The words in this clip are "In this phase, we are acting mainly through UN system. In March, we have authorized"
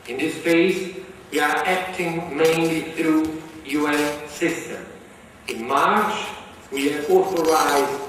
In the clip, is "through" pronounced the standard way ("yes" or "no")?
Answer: yes